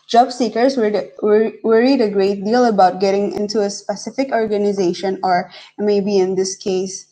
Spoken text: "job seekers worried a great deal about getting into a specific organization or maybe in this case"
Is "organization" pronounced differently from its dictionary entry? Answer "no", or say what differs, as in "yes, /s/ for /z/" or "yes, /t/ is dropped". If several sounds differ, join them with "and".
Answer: no